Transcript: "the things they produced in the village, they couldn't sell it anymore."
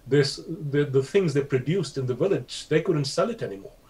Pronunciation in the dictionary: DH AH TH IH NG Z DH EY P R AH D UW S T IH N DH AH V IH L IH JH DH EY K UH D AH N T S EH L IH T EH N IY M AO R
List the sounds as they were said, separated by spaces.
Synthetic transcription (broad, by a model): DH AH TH IH NG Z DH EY P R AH D UW S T IH N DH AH V IH L IH JH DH EY K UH D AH N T S EH L IH T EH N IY M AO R